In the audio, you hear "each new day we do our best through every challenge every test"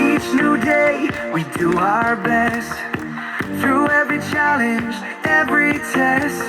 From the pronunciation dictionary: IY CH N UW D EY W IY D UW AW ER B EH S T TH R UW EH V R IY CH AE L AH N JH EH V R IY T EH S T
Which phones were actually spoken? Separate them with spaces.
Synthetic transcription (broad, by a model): IY CH N UW D EY W IY D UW AW ER B EH S T TH R UW EH V R IY CH AE L AH N JH EH V R IY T EH S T